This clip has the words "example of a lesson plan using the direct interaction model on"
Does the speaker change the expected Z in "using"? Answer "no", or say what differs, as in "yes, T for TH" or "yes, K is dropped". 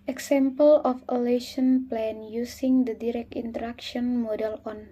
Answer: yes, S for Z